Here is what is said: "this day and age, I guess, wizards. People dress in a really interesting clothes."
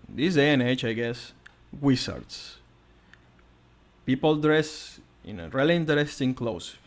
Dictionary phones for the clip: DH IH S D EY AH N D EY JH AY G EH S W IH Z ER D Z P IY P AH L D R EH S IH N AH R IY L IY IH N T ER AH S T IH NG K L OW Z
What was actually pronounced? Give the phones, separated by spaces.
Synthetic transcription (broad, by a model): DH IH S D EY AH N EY CH AY G EH S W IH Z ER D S P IY P AH L D R EH S IH N AH R IY L IY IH N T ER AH S T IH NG K L OW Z